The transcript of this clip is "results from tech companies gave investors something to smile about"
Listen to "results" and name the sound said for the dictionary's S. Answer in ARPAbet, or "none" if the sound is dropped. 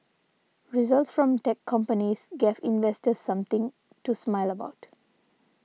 S